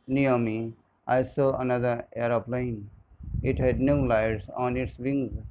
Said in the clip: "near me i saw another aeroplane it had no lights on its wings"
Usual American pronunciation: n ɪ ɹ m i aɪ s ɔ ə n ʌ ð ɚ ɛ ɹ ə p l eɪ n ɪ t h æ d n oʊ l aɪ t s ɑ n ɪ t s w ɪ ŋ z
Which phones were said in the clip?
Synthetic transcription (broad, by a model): n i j m i aɪ s ɔ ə n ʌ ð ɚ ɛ ɹ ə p l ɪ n ɪ t h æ d n oʊ l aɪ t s ɑ n ɪ t s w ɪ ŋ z